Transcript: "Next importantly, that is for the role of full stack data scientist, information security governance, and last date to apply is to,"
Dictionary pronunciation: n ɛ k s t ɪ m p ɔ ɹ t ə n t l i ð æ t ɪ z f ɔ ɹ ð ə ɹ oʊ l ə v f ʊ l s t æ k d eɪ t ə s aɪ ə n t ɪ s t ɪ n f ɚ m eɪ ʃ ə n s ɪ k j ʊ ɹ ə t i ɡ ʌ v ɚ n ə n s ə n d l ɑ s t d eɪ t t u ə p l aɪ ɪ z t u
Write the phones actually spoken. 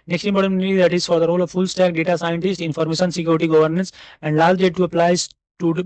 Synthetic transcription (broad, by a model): n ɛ k s t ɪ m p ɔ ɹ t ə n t i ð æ t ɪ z f ɔ ɹ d ə ɹ oʊ l ə v f ʊ l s t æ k d eɪ t ə s aɪ ə n t ɪ s t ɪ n f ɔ m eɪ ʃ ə n s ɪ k j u ɹ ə t i ɡ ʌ v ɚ n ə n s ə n d l ɑ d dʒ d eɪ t t u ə p l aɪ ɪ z t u